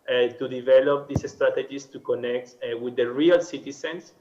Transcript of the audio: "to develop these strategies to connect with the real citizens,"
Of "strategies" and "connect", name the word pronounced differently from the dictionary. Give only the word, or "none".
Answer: strategies